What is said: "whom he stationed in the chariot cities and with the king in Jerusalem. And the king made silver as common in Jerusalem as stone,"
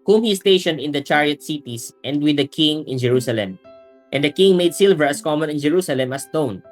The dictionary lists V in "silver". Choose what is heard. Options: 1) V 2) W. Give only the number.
1